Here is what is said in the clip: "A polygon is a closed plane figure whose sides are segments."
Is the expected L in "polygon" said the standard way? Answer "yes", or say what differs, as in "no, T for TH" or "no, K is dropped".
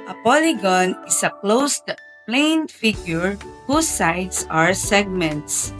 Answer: yes